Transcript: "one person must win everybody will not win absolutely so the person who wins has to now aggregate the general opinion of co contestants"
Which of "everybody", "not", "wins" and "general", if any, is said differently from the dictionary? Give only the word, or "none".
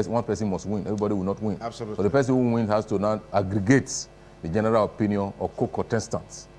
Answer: wins